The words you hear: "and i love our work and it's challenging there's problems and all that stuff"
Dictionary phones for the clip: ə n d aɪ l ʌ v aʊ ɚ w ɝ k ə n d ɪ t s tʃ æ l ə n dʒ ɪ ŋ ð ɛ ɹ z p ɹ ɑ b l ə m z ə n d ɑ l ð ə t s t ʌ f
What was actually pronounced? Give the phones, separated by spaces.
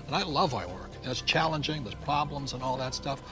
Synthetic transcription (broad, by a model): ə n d aɪ l ʌ v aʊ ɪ w ɝ k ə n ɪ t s tʃ æ l ə n dʒ ɪ ŋ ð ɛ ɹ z p ɹ ɑ b l ə m z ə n ɑ l ð ə t s t ʌ f